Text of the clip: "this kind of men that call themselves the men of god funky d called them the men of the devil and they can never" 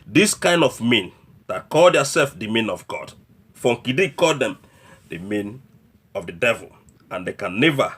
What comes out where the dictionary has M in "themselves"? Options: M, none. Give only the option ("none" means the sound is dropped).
none